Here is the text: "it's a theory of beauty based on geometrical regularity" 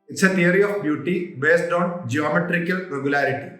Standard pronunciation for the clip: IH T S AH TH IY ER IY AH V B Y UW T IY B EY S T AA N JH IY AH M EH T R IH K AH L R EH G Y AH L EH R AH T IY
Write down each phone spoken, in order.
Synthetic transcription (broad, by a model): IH T S AH T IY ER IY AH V B Y UW T IY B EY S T AA N JH IY AH M EH T R IH K AH L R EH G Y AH L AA R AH T IY